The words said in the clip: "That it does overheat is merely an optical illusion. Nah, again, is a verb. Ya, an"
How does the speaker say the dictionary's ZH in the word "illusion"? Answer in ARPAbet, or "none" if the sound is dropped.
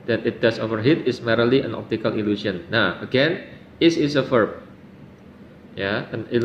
S